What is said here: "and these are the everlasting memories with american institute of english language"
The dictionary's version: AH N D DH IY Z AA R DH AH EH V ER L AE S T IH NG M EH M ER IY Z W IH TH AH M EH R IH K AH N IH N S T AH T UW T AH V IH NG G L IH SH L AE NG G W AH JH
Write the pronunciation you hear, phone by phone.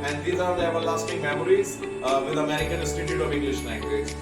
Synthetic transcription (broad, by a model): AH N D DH IY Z AA R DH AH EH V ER L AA S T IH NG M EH M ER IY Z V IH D AH M EH R IH K AH N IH S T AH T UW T AH V IH NG G L IH SH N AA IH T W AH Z